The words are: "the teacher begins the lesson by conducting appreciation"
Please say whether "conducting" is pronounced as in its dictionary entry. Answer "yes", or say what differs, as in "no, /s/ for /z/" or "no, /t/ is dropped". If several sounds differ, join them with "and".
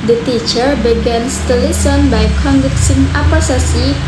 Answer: no, /s/ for /t/